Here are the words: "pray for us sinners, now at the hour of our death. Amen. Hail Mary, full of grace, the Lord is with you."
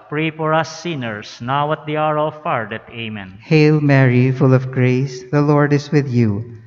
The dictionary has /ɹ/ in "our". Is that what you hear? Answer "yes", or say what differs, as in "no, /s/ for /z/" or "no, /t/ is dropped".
yes